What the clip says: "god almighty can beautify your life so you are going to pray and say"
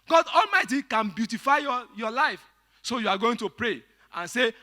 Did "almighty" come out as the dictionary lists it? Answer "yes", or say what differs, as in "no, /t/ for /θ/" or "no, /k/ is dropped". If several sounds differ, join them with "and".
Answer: yes